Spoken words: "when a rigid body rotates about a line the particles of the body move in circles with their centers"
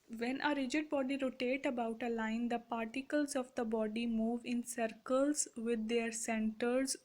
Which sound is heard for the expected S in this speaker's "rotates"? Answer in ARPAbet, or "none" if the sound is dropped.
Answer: none